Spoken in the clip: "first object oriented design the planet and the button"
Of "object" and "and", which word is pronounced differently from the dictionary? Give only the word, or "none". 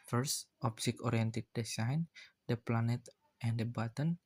object